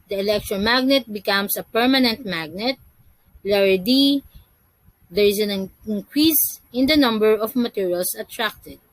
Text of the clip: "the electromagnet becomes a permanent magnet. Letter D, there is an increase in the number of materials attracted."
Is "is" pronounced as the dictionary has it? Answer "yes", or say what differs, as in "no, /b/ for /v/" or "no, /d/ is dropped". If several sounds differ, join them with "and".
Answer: no, /s/ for /z/